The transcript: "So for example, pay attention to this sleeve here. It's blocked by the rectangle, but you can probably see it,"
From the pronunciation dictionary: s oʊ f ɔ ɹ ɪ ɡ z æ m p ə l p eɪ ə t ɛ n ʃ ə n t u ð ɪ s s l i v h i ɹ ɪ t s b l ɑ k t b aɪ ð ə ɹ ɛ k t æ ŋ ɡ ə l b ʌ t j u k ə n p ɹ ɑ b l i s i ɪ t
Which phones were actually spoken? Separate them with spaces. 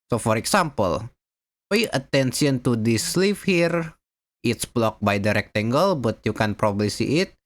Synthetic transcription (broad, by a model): s oʊ f ɔ ɹ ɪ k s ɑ m p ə l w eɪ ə t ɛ n s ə n t u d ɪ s s l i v h i ɹ ɪ t s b l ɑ k b aɪ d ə ɹ ɛ k t æ ŋ ɡ ə l b ʌ t j u k ə n p ɹ ɑ b l i s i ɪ t